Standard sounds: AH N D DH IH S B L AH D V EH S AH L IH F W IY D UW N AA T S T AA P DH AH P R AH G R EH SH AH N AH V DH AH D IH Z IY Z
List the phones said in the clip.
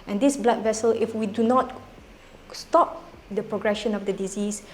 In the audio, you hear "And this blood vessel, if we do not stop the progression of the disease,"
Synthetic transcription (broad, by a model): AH N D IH S B L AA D V EH S AH L IH F W IY D UW N AA T S T AA P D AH P R AH G R EH SH AH N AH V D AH D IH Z IY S